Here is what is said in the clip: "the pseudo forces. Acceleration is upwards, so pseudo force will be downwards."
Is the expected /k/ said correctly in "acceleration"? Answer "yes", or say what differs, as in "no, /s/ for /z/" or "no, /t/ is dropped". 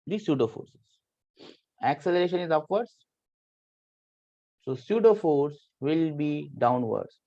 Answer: yes